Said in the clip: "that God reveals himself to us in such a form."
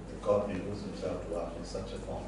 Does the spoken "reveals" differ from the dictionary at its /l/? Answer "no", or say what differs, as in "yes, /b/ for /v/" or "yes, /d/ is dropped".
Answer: yes, /l/ is dropped